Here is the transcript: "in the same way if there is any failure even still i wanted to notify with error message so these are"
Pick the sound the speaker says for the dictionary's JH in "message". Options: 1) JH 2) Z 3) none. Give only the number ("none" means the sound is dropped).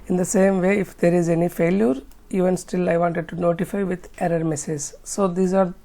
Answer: 2